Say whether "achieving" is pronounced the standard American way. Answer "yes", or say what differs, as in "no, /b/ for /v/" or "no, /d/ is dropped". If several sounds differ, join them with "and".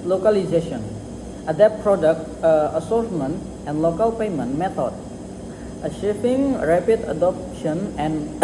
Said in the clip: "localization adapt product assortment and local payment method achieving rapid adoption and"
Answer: no, /ʃ/ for /tʃ/